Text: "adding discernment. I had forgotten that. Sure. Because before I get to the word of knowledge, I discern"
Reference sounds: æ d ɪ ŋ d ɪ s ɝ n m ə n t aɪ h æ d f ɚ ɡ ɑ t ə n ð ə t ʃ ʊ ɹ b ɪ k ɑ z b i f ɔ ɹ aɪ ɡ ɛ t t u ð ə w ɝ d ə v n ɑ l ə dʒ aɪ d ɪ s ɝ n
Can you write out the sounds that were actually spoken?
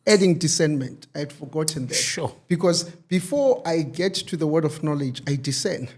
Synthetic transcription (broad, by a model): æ d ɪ ŋ d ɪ s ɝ n m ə n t aɪ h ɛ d f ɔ ɡ ɑ t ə n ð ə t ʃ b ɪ k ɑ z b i f ɔ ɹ aɪ ɡ ɛ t t u ð ə w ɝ d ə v n ɑ l ə dʒ aɪ d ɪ s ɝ n